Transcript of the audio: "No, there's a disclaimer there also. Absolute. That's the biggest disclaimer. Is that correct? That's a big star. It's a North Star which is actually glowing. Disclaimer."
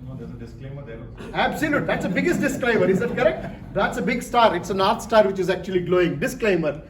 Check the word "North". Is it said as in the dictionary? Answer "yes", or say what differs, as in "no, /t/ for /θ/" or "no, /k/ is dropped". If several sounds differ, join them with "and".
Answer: no, /t/ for /θ/